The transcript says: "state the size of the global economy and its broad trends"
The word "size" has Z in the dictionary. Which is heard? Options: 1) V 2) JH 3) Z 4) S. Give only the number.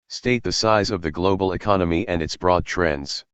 3